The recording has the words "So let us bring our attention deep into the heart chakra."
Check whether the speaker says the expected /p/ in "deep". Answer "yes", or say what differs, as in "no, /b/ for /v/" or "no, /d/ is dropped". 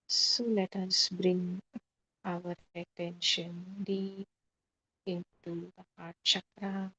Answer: no, /p/ is dropped